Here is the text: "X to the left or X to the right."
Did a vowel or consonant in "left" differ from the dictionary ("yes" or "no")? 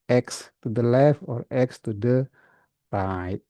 yes